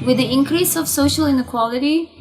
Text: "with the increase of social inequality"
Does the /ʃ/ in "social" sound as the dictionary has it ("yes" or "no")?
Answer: yes